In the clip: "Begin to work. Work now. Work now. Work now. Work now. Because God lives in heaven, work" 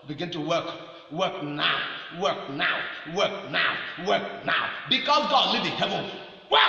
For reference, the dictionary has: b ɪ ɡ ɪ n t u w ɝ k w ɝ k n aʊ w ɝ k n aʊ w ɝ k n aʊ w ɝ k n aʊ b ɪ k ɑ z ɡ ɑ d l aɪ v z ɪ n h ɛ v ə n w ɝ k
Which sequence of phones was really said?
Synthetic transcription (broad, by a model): b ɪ ɡ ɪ n t u w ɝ k w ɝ k n aʊ w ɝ k n aʊ w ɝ k n aʊ w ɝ k n aʊ b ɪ k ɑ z ɡ ɑ d l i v ɪ n h ɛ v ə n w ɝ